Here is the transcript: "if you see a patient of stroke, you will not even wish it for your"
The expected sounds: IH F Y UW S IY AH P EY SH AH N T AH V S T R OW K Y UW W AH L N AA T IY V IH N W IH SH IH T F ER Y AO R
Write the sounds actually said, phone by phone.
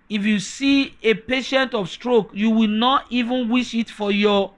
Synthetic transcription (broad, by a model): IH F Y UW S IY AH P EY SH AH N T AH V S T R OW K Y UW W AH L N AA T IY V IH N W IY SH IH T F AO Y AO